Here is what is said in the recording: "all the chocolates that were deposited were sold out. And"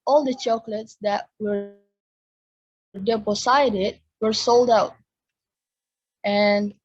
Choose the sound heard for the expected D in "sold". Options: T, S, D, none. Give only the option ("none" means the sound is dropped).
D